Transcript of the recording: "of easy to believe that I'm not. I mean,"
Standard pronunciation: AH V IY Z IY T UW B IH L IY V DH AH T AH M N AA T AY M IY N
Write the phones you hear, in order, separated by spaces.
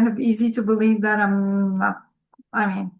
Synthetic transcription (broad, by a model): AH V IY Z IY T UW B IH L IY V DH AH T AH M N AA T AY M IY N